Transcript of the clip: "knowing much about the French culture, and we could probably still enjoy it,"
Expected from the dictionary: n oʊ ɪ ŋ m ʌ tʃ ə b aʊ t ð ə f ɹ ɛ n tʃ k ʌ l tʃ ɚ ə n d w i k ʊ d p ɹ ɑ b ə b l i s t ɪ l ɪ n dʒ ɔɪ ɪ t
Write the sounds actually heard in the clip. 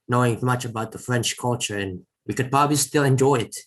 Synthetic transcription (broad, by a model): n oʊ ɪ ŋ m ʌ tʃ ə b aʊ t ð ə f ɹ ɛ n tʃ k ʌ l tʃ ɚ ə n w i k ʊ d p ɹ ɑ b ə b l i s t ɪ l ɪ n dʒ ɔɪ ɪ t